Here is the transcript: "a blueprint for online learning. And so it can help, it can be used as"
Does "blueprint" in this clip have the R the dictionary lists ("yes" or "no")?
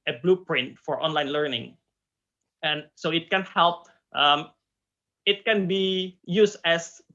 yes